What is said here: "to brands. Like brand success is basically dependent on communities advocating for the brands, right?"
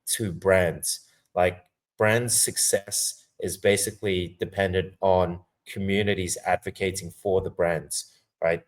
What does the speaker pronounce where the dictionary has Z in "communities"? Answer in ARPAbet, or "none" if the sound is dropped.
Z